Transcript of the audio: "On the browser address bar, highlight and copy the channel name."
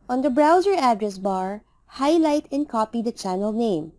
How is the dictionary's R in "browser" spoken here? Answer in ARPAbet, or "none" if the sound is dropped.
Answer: R